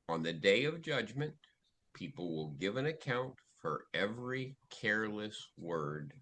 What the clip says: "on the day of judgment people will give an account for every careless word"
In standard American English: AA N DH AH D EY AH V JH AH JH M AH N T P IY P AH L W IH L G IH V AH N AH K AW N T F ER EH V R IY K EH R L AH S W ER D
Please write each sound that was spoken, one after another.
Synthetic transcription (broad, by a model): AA N DH AH D EY AH V JH AH JH M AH N P IY P L W IH L G IH V AH N AH K AW N T F ER EH V R IY K EH R L AH S W ER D